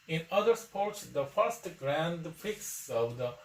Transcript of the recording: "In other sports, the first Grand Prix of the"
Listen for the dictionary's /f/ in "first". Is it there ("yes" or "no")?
yes